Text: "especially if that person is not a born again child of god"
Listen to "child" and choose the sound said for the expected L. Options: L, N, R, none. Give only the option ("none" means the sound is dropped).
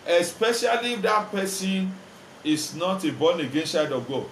none